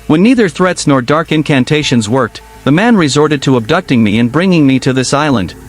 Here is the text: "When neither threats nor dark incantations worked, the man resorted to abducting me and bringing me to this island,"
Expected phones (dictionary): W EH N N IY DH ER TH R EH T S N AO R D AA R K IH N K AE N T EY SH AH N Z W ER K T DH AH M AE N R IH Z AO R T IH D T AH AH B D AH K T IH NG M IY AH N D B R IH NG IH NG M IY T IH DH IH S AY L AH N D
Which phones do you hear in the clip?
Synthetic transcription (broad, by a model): W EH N N IY DH ER TH R EH T S N AO R D AA R K IH N K AE N T EY SH AH N Z W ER K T DH AH M AE N R IH Z AO R T IH D T AH AH B D AH K T IH NG M IY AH N B R IH NG IH NG M IY T IH DH IH S AY L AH N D